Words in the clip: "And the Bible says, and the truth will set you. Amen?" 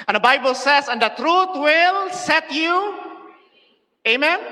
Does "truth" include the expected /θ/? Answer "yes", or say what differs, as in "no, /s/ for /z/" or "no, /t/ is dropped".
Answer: no, /t/ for /θ/